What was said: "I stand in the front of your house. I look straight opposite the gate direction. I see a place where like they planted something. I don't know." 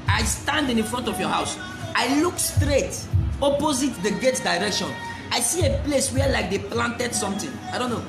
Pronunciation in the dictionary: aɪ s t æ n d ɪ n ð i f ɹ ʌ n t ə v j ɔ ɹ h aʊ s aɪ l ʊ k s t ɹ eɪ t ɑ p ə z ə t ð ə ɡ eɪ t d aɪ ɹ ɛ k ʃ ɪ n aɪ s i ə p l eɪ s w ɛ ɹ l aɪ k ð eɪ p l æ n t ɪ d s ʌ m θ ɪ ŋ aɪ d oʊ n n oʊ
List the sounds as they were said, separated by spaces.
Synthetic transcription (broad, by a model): aɪ s t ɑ n d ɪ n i f ɹ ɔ n t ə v j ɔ h aʊ s aɪ l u k s t ɹ eɪ t ɑ p ə z ə t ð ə ɡ eɪ t d aɪ ɹ ɛ k ʃ ɪ n aɪ s i ə p l eɪ s w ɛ l aɪ k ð eɪ p l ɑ n t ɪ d s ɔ m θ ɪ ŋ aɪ d oʊ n n oʊ